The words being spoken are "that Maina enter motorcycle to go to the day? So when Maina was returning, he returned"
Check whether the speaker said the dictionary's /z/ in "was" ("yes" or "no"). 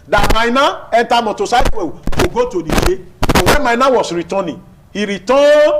no